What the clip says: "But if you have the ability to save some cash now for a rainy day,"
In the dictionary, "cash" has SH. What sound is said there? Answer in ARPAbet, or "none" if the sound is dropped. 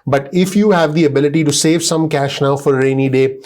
SH